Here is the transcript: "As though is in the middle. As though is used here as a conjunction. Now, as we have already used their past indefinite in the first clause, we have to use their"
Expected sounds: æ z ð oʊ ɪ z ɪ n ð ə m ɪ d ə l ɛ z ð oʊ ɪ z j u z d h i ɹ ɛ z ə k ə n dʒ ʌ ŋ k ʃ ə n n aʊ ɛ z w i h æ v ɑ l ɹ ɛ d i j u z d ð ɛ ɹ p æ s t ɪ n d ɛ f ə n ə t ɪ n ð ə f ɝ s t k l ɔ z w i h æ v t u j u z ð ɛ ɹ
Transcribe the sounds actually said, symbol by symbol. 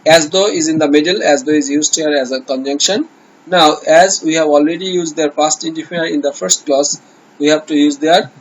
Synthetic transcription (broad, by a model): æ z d oʊ ɪ z ɪ n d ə m ɪ d ə l ɛ z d oʊ ɪ z j u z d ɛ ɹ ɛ z ə k ə n dʒ ʌ ŋ k ʃ ə n n aʊ ɛ z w i h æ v ɑ l ɹ ɛ d i j u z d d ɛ ɹ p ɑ s t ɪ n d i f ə ə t ɪ n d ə f ɝ s t k l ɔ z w i h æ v t u j u z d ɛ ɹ